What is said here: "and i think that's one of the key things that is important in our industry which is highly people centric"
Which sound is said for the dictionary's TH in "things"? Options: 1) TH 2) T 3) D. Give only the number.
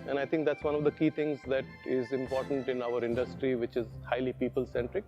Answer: 2